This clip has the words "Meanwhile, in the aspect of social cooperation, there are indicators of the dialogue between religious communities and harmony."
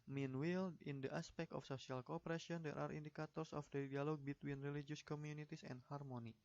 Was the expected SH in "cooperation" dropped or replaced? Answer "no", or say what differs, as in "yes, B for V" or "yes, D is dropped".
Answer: yes, SH is dropped